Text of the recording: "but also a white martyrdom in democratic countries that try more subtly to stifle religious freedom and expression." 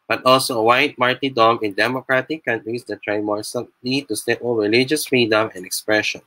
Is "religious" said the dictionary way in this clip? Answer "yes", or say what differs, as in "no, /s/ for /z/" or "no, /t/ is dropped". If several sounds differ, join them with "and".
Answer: yes